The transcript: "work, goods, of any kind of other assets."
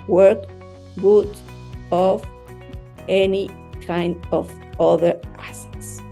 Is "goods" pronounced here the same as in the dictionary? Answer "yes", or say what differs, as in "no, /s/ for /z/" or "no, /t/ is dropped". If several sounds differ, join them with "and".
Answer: no, /z/ is dropped